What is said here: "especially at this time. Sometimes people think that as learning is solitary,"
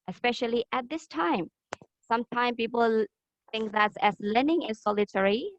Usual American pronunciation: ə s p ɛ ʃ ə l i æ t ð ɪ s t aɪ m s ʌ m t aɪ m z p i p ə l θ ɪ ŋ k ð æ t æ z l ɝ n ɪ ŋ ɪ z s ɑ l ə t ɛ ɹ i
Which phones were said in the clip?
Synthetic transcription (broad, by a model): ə s p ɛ ʃ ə l i æ t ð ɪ s t aɪ m s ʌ m t aɪ m p i p ə l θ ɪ ŋ k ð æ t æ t l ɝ n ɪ ŋ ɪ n s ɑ l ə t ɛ ɹ i